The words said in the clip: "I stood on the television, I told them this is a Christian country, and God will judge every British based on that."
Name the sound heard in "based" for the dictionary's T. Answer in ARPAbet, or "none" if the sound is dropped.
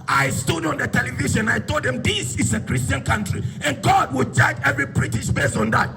none